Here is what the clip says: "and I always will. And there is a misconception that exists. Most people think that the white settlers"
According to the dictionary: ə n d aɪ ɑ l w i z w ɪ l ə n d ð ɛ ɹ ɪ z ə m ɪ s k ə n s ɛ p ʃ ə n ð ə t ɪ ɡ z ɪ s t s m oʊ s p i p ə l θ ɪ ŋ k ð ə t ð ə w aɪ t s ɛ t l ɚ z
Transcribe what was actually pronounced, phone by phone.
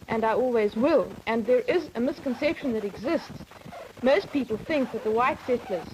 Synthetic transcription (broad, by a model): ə n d aɪ ɑ l w i z w ɪ l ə n ð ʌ ɹ ɪ z ə m ɪ s k ə n s ɛ p ʃ ə n ð ə t ɪ ɡ z ɪ s t s m oʊ s p i p ə l θ ɪ ŋ k ð ə t ð ə w aɪ t s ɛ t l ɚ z